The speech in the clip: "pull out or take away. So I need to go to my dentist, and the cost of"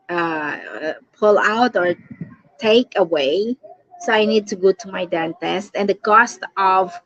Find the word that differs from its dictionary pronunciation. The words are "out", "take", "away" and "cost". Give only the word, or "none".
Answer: none